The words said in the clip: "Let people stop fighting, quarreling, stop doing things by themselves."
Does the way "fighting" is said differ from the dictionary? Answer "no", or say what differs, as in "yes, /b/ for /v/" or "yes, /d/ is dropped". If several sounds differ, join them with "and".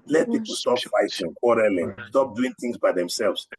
yes, /s/ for /t/